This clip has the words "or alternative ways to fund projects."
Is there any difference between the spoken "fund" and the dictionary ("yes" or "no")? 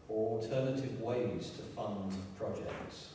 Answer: no